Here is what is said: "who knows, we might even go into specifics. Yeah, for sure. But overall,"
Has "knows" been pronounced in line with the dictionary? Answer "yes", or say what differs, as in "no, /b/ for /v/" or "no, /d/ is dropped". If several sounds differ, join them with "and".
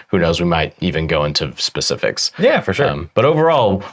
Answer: yes